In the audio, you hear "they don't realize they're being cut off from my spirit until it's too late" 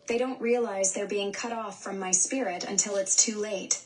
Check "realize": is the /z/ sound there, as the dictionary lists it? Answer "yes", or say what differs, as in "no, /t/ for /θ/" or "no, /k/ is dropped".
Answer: yes